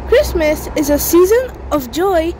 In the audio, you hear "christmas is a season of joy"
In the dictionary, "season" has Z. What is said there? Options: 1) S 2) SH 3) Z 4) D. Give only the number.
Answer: 3